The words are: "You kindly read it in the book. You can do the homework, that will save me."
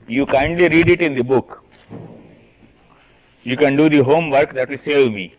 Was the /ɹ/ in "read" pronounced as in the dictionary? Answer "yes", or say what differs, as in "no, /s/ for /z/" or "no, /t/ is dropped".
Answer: yes